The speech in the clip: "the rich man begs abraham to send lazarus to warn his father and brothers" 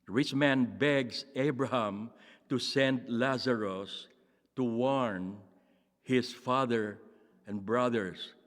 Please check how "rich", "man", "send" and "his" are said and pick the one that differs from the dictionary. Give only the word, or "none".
his